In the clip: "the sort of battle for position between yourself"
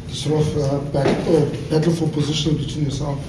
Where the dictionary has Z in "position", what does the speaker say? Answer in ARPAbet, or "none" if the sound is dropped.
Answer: Z